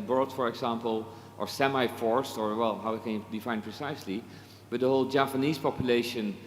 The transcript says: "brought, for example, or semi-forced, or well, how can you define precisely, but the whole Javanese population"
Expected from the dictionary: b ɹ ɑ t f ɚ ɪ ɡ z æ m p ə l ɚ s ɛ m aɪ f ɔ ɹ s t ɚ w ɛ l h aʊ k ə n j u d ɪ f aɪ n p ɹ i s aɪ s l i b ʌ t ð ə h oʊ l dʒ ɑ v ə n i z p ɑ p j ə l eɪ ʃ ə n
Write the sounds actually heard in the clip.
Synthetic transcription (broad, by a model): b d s f ɚ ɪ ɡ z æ m p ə l ɚ s ɛ m aɪ f ɔ ɹ s t ɚ w ɛ l h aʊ k ə n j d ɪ f aɪ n p ɹ i s aɪ s l i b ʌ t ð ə h oʊ l dʒ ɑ p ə n i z p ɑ p j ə l eɪ ʃ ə n